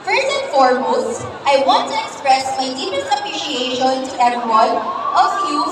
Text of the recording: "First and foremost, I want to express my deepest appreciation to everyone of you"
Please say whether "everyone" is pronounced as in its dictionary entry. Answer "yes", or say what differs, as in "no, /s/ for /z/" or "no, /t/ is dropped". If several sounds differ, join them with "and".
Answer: no, /v/ is dropped